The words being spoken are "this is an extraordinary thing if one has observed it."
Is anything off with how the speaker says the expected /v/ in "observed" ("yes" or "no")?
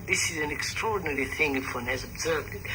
no